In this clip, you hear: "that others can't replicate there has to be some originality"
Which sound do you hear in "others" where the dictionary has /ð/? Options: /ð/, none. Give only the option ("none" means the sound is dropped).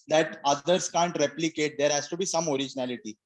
none